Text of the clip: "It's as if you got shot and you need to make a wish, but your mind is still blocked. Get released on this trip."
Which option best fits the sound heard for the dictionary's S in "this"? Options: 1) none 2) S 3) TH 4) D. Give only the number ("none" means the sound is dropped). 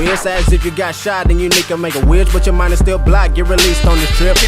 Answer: 1